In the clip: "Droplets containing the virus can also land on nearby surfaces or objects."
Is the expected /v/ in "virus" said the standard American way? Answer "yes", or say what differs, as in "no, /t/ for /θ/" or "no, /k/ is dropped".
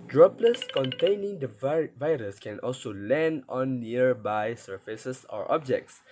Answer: yes